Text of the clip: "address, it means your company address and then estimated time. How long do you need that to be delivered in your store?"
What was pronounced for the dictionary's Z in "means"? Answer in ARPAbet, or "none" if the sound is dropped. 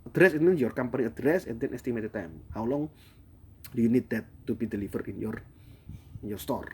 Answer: none